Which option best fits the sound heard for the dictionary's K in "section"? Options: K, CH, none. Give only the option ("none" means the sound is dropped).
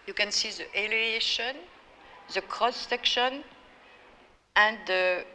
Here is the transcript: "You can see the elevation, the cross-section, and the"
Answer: K